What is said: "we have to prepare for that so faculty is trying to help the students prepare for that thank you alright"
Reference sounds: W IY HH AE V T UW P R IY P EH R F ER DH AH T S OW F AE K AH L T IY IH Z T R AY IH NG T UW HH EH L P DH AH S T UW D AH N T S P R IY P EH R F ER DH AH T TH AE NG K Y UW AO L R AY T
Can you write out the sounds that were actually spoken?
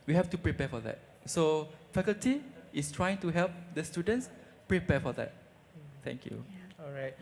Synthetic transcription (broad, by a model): W IY HH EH F T UW P R IY P EH F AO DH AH T S OW F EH K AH L T IY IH S T R AY IH NG T UW HH EH L P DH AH S T UW D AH N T S P R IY P EH F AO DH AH T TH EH NG K Y UW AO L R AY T